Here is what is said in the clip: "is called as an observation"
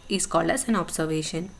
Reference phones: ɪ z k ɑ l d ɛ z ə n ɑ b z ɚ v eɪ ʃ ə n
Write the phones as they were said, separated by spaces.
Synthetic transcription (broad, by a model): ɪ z k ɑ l ʌ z ə n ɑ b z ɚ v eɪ ʃ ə n